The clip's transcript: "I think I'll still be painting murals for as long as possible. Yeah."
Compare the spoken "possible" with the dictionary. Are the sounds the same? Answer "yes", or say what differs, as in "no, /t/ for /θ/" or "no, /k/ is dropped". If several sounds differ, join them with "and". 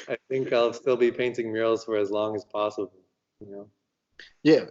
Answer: no, /n/ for /l/